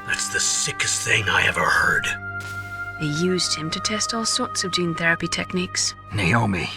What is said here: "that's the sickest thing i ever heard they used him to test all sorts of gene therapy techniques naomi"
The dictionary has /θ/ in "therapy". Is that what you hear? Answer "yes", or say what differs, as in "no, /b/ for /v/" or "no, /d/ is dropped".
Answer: yes